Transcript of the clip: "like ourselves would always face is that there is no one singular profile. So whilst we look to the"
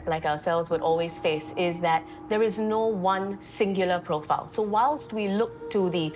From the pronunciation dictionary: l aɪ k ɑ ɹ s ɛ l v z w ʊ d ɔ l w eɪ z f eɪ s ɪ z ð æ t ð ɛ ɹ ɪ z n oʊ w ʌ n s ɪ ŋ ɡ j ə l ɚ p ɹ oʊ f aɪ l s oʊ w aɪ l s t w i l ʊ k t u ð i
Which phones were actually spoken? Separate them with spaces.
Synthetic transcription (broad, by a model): l aɪ k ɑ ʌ s ɛ l v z w ʊ d ɔ l w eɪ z f eɪ s ɪ z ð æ t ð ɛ ɹ ɪ z n oʊ w ʌ n s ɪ ŋ ɡ j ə l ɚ p ɹ oʊ f aɪ l s oʊ w aɪ l s t w i l ʊ k t u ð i